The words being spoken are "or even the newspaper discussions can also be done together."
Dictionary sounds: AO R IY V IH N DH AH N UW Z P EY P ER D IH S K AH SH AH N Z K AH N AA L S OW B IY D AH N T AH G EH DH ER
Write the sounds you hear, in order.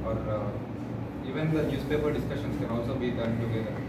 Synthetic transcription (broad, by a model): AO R IY V IH N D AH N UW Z P EY P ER D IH S K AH SH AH N S K AH N AA L S OW B IY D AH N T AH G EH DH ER